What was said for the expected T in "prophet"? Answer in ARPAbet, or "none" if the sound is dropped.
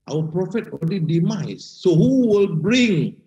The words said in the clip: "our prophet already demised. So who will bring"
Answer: T